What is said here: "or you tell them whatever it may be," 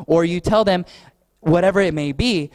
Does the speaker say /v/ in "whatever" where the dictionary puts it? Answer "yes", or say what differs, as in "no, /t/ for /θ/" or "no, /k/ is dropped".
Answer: yes